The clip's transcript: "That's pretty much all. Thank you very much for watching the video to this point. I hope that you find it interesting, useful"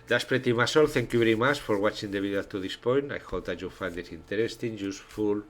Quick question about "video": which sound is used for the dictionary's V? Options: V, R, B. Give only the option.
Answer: B